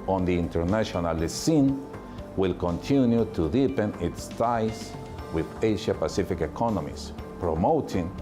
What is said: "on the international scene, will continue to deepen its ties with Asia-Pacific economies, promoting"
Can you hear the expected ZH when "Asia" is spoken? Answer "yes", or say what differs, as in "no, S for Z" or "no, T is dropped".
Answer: no, SH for ZH